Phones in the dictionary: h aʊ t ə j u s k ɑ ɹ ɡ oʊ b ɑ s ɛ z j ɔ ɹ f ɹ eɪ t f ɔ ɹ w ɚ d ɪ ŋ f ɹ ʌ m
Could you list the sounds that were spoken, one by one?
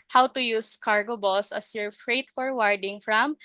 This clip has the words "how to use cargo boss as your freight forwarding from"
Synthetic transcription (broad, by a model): h aʊ t ə j u s k ɑ ɹ ɡ oʊ b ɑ s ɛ s j ɔ ɹ f ɹ eɪ t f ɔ ɹ w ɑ d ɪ ŋ f ɹ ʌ m